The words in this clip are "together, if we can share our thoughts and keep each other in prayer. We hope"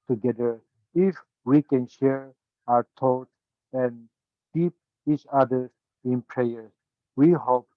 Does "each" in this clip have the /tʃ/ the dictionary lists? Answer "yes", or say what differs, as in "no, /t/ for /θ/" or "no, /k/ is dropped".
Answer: yes